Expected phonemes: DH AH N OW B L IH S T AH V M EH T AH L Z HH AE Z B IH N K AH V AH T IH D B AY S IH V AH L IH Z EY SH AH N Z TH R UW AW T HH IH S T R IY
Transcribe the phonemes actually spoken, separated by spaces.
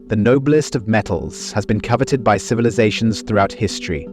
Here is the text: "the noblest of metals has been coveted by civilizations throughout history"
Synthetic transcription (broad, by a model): DH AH N OW B L IH S T AH V M EH T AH L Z HH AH Z B IH N K AH V AH T IH D B AY S IH V AH L IH Z EY SH AH N Z TH R UW AW T HH IH S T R IY